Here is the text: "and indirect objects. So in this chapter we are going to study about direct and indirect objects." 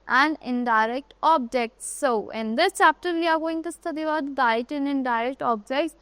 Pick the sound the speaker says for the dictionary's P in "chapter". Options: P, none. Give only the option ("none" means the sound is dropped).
P